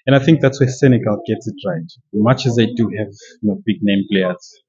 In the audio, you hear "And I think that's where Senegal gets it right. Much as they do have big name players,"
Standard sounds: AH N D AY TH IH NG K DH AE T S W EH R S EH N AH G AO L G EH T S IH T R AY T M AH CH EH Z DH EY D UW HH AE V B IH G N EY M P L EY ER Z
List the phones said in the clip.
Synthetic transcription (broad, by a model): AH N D AY TH IH NG K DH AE T S W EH S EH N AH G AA L G EH T S IH T R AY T M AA CH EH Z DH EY D UW HH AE V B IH G N EY M P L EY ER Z